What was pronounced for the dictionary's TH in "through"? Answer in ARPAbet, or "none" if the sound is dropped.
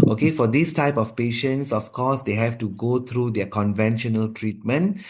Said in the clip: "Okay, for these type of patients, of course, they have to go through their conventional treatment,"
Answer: T